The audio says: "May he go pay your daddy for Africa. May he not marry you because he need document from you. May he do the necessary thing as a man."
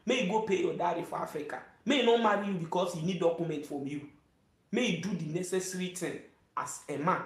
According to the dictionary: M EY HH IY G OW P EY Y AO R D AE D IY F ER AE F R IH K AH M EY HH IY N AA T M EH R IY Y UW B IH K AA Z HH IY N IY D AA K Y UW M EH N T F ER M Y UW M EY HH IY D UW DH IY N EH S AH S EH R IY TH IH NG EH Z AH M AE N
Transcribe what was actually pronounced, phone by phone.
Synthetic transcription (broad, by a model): M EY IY G OW P EY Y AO D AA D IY F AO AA F R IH K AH M EY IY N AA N M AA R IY Y UW B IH K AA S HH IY N IY D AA K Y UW M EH N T F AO M Y UW M EY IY D UW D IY N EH S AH S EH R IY T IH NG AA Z AH M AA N